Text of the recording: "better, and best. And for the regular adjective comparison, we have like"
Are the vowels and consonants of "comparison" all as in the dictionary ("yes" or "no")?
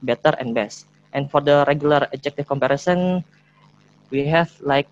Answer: yes